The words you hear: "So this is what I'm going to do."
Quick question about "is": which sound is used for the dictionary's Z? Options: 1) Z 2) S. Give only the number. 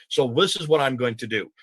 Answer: 1